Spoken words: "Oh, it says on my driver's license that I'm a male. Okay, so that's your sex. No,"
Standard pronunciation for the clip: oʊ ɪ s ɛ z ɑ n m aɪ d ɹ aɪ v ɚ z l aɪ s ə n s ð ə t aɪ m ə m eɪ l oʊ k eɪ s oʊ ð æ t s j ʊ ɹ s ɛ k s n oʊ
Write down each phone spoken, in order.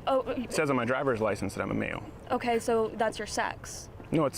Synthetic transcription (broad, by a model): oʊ ɪ s ɛ z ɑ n m aɪ d ɹ aɪ v ɚ z l aɪ s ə n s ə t aɪ m ə m eɪ l oʊ k eɪ s oʊ ð æ t s j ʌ ɹ s ɛ k s n oʊ